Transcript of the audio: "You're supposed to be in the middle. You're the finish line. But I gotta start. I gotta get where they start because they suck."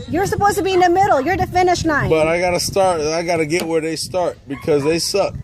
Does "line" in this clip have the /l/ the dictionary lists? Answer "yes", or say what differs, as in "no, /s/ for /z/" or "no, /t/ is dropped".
no, /n/ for /l/